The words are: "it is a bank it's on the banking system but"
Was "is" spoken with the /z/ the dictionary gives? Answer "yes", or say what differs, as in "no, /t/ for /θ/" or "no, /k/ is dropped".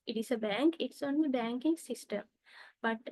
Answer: no, /s/ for /z/